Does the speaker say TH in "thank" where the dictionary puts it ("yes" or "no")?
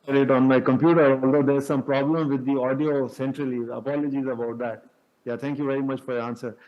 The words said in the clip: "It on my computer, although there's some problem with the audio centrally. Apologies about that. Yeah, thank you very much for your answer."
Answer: no